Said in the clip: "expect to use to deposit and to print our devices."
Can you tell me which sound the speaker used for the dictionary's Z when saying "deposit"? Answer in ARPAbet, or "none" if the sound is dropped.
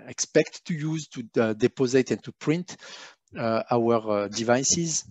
Z